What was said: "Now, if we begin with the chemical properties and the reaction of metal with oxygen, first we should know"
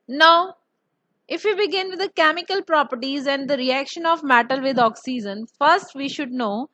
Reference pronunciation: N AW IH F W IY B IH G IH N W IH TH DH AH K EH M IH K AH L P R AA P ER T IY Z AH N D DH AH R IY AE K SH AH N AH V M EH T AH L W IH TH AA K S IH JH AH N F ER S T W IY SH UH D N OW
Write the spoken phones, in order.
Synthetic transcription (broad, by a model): N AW IH F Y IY B IH G IH N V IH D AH K EH M IH K AH L P R AA P ER T IY Z AH N D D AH R IY AE K SH AH N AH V M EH T AH L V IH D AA K S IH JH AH N F ER S T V IY SH UH D N OW